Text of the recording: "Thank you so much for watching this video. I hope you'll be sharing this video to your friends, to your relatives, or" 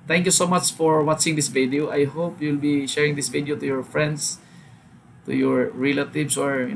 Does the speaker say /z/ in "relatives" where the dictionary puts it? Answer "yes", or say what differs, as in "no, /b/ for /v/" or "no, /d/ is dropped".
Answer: no, /s/ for /z/